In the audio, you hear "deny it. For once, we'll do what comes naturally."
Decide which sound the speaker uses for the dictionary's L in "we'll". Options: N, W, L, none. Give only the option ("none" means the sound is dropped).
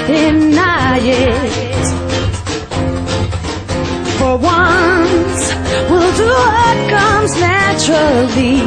L